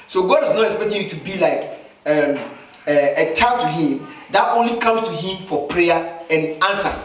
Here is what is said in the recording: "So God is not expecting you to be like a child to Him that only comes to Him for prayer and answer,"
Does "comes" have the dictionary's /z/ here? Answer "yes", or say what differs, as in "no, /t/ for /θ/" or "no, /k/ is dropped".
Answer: no, /s/ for /z/